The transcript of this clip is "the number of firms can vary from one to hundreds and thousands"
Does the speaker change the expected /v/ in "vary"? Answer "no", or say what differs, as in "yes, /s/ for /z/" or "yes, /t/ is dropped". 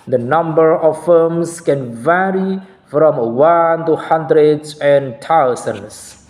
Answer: no